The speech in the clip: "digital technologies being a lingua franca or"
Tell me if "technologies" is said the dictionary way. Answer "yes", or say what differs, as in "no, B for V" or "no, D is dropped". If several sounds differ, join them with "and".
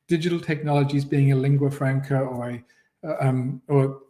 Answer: yes